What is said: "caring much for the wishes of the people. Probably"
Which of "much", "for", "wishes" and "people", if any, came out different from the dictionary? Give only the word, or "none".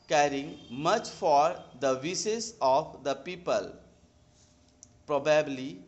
wishes